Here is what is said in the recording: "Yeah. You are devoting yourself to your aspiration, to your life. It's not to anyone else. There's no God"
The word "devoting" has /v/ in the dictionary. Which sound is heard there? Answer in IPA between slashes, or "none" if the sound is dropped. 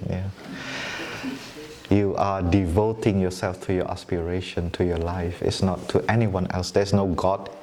/v/